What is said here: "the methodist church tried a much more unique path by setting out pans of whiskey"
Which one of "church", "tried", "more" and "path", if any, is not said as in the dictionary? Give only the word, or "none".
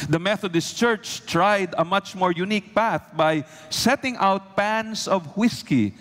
none